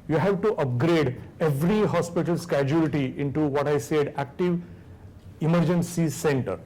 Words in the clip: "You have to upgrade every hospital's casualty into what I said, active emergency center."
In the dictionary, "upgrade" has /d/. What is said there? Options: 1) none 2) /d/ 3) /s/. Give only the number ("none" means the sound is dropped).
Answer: 2